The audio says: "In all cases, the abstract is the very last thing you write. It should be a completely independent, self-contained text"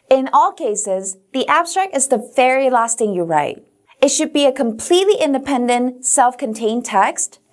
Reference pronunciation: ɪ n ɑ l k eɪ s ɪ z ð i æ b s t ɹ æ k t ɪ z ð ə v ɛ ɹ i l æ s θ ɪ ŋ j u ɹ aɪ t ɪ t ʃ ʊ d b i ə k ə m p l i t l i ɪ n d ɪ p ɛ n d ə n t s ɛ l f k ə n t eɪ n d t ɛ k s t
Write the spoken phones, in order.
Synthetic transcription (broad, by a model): ɪ n ɑ l k eɪ s ɪ z ð i æ b s t ɹ æ k t ɪ z ð ə v ɛ ɹ i l æ s t ɪ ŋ j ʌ ɹ aɪ t ɪ t ʃ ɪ d b i ə k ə m p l i t l i ɪ n d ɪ p ɛ n d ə n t s ɛ l f k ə n t eɪ n t ɛ k s t